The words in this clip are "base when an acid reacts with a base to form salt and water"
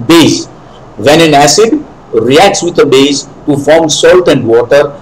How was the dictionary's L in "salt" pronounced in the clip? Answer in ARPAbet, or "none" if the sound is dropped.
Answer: L